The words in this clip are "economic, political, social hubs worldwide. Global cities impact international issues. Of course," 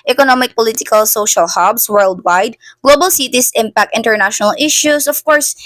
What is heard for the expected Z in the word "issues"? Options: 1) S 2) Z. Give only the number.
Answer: 1